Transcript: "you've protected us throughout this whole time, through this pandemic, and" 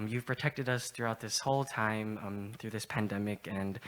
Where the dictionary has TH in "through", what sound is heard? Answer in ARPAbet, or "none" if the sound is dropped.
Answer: TH